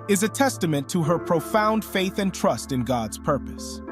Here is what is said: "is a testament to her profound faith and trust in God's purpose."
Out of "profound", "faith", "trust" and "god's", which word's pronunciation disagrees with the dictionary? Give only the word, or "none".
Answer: none